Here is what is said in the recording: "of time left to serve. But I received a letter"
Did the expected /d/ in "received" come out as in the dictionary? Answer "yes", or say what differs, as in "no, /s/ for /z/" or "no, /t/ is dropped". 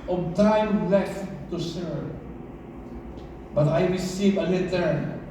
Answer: no, /d/ is dropped